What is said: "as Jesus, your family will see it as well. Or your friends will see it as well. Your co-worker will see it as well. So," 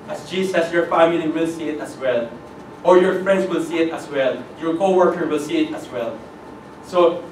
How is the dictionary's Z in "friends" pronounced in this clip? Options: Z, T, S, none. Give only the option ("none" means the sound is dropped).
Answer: S